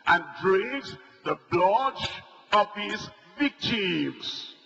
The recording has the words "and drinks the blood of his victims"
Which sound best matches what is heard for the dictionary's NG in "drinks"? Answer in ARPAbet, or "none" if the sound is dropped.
none